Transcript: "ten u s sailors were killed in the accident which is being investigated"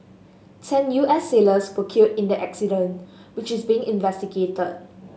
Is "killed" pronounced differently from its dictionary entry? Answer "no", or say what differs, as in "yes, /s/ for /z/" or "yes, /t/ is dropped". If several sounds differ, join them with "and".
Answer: yes, /l/ is dropped